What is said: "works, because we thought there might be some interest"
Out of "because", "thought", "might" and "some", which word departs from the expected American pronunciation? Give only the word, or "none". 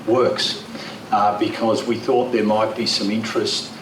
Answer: none